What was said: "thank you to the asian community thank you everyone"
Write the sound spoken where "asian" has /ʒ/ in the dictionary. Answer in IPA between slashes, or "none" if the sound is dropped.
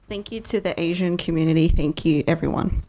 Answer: /ʒ/